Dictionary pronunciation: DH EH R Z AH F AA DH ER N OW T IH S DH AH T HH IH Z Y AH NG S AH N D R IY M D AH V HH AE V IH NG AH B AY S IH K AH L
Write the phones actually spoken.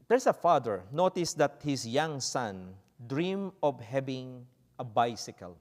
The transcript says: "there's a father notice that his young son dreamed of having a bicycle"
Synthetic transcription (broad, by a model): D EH R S AH F AA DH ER N OW T IH S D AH T HH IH S Y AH NG S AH N D R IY M AH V HH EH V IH NG AH B AY S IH K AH L